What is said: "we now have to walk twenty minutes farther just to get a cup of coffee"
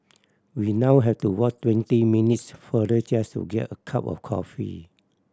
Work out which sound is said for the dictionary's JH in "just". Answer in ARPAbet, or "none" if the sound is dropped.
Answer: CH